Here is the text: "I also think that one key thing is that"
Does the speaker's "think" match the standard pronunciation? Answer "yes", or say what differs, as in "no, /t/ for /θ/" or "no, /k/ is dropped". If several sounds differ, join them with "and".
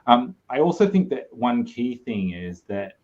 yes